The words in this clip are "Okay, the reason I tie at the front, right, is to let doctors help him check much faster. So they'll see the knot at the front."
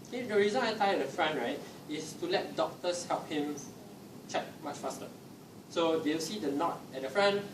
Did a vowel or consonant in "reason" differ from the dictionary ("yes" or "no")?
no